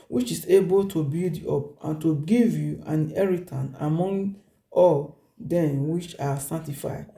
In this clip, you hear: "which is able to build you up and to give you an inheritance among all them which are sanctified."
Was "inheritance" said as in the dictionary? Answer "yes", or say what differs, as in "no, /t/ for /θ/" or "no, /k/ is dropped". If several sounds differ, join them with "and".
no, /s/ is dropped